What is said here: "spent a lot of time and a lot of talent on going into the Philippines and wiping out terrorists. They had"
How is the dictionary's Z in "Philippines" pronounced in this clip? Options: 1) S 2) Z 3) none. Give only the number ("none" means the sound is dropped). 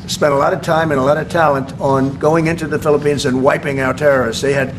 2